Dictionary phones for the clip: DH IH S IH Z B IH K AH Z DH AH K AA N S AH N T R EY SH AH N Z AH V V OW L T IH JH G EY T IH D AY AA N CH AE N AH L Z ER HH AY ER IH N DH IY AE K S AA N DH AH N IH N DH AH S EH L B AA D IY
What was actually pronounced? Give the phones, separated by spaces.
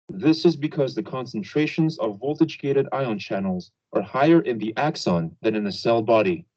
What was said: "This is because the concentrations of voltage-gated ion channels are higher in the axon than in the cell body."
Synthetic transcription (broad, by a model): DH IH S IH Z B IH K AH Z DH AH K AA N S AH N T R EY SH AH N Z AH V V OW L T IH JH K EY T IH D AY AA N CH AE N L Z ER HH AY ER IH N DH IY AE K S AA N DH AH N IH N DH AH S EH L B AA D IY